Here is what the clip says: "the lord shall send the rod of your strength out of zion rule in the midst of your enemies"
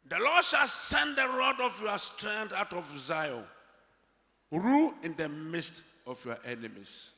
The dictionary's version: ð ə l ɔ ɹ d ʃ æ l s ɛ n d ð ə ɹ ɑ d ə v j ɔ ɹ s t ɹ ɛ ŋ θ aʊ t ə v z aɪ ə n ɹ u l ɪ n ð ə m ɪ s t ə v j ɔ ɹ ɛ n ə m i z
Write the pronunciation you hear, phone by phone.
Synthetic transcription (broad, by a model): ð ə l ɔ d ʃ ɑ l s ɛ n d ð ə ɹ ɑ d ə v j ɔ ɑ s t ɹ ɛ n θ aʊ t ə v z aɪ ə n ɹ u ɪ n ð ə m ɪ s t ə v j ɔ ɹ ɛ n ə m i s